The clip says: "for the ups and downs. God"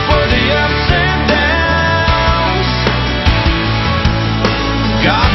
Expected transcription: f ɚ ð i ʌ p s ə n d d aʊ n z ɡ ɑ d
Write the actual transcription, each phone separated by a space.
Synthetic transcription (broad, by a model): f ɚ ð i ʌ s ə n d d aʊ z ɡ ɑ